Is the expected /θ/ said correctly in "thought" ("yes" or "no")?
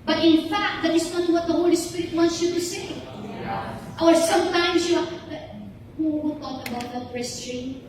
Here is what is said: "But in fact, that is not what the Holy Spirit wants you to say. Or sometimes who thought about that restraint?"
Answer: no